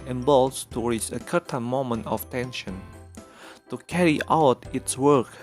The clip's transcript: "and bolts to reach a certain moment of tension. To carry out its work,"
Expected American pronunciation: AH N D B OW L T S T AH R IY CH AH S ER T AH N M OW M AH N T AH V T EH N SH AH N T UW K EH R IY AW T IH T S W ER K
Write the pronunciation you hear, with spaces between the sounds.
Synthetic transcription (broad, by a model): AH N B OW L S T AH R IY S AH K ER T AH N M OW M AH N T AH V T EH N SH AH N T UW K EH R IY AW T IH T S W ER K